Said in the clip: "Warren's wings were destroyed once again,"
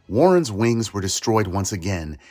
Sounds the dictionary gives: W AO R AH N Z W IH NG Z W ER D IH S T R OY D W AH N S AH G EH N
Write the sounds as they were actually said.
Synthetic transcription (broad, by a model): W AO R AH N Z W IH NG Z W ER D IH S T R OY D W AH N S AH G EH N